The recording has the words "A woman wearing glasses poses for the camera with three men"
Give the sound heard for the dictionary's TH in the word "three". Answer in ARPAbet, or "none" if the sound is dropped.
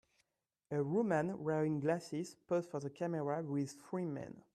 F